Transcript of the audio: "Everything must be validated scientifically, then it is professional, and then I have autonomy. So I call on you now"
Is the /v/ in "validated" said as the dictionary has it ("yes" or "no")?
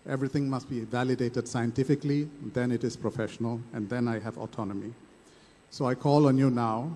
yes